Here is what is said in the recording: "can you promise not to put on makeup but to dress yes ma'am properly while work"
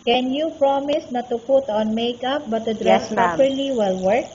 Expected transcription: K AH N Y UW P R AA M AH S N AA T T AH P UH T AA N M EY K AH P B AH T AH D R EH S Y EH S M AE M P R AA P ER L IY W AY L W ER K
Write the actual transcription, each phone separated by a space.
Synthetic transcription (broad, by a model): K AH N Y UW P R AA M AH S N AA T T AH P UH T AA N M EY K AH P B AH T AH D R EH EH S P AA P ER L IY W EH L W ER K